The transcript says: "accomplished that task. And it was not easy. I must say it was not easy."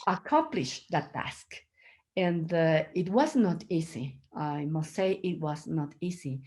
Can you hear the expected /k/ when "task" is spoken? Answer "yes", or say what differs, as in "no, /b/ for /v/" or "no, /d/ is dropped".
yes